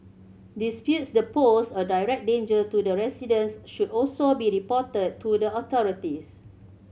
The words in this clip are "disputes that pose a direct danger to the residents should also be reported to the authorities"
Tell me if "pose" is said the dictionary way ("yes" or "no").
no